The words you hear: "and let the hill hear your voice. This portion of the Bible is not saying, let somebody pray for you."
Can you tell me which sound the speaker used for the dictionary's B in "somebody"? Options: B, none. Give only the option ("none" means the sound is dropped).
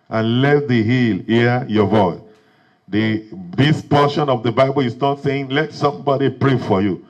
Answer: B